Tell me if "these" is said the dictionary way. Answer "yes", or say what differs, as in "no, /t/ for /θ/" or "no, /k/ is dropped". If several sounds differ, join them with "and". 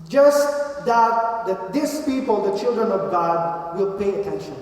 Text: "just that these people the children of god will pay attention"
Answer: no, /s/ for /z/